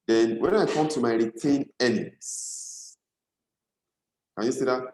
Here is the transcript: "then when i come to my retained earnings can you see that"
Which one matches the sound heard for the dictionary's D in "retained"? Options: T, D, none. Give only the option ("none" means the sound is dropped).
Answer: none